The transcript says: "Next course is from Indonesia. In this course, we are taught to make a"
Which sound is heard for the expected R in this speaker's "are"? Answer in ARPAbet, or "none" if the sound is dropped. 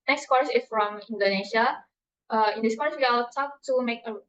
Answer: L